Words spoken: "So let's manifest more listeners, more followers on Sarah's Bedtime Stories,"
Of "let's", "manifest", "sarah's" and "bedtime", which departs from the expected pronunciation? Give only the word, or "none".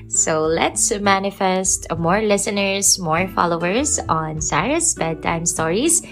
sarah's